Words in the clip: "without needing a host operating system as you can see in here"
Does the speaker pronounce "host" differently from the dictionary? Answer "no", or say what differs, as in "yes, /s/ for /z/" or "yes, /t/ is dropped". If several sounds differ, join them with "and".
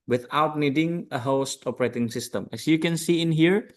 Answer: no